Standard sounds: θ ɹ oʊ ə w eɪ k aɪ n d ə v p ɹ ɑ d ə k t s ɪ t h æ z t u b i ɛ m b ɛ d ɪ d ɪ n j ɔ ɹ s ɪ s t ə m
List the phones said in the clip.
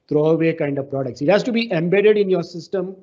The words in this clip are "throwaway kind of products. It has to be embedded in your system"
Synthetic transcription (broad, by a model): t ɹ oʊ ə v eɪ k aɪ n d ə v p ɹ ɑ d ə k t s ɪ t h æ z t u b i ɛ m b ɛ d ɪ d ɪ n j ɔ ɹ s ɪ s t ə m